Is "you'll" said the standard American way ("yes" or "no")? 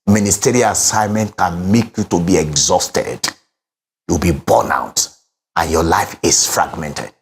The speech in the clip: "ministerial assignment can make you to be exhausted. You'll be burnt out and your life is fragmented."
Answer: no